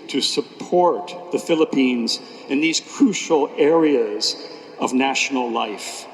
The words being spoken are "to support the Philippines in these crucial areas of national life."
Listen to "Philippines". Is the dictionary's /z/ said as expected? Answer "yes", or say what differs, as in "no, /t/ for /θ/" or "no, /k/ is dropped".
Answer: yes